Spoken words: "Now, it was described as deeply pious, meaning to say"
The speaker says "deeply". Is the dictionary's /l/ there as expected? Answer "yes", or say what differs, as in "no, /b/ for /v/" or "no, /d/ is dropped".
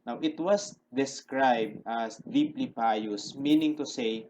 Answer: yes